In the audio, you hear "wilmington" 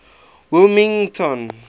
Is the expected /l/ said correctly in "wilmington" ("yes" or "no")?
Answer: no